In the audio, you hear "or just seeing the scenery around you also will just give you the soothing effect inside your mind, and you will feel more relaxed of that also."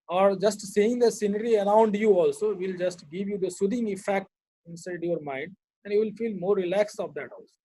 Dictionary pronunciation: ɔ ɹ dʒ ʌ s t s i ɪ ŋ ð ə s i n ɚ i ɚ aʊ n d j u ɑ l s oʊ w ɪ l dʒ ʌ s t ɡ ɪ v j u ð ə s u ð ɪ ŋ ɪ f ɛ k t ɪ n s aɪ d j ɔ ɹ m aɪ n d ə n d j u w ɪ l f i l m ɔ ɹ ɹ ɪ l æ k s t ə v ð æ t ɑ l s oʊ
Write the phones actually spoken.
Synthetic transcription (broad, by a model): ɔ ɹ dʒ ʌ s t s i ɪ ŋ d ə s i n ɚ i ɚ aʊ n d j u ɑ l s oʊ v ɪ l dʒ ʌ s t ɡ ɪ v j u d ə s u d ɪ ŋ ɪ f ɛ k t ɪ n s aɪ d j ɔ ɹ m aɪ n d ə n d j u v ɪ l f i l m ɔ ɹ ɹ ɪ l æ k s ə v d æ t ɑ l s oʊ